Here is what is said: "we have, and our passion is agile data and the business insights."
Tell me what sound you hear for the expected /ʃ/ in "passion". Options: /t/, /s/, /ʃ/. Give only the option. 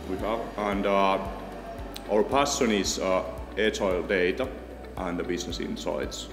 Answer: /s/